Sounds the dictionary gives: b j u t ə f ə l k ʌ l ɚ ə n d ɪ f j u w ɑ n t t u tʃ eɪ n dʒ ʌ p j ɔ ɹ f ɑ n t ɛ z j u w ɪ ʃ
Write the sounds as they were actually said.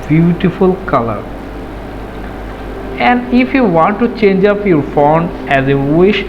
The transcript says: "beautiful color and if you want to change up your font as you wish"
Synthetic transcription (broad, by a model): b j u t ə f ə l k ʌ l ɚ ə n d ɪ f j u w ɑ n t t u tʃ eɪ n dʒ ʌ p j ɔ ɹ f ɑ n ɛ z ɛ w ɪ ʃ